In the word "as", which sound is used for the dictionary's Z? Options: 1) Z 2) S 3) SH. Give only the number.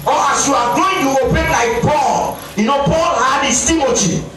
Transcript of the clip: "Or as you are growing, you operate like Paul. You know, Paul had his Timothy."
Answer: 2